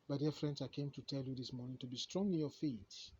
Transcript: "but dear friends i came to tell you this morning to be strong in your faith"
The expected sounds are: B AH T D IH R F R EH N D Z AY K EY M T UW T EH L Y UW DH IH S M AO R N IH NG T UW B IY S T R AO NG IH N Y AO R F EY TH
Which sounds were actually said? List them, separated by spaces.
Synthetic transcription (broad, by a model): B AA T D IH F R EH N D S AY K EY M T UW T EH L Y UW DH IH S M AO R N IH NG T UW B IY S T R AO NG IH N Y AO F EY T